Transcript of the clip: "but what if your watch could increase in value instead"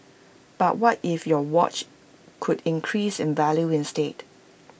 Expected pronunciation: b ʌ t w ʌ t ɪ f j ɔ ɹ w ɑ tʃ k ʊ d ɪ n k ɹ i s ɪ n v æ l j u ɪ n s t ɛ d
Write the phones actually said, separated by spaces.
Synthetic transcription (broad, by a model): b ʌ t w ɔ t ɪ f j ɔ w ɑ tʃ k ʊ d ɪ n k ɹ i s ɪ n v æ l j u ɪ n s t ɛ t